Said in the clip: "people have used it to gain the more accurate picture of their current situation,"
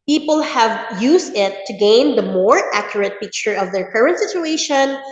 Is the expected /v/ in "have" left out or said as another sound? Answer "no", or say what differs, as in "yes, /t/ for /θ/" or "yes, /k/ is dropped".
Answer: no